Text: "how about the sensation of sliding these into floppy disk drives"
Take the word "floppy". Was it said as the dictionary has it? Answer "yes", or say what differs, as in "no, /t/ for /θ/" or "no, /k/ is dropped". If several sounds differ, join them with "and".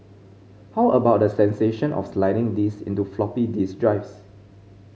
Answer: yes